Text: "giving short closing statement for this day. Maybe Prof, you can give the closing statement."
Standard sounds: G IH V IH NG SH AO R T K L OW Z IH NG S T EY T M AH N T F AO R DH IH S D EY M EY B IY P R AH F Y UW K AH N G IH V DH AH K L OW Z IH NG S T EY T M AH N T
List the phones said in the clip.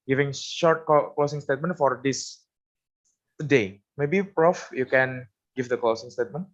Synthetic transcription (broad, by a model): G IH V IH NG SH AO R T K L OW S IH NG S T EY T M AH N T F AO R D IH S D EY M EY B IY P R AH F Y UW K AH N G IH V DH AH K L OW S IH NG S T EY T M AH N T